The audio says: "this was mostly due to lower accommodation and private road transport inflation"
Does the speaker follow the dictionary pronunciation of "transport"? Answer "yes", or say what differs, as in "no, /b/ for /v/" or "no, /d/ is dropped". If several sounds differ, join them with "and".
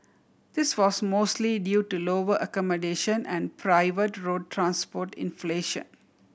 yes